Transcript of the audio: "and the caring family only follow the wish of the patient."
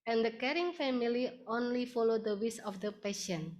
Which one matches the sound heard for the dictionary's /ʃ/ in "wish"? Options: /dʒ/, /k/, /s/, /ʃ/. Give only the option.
/s/